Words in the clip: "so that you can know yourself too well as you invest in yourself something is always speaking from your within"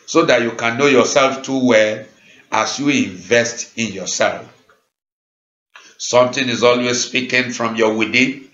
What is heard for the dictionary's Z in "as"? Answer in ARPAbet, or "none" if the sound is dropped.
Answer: S